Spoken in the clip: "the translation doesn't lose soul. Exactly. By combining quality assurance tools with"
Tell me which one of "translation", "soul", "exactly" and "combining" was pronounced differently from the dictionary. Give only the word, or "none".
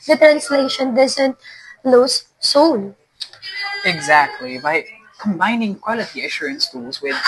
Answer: soul